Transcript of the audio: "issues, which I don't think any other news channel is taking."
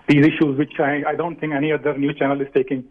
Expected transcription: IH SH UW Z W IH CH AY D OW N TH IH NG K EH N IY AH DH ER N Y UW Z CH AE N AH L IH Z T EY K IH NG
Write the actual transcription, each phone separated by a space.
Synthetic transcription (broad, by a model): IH SH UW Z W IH CH AY D OW N T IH NG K EH N IY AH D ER N Y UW CH AE N AH L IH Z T EY K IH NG